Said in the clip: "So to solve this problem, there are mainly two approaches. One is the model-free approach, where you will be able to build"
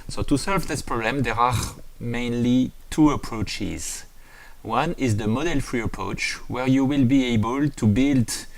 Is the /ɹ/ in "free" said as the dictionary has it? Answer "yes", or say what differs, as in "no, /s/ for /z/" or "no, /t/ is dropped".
yes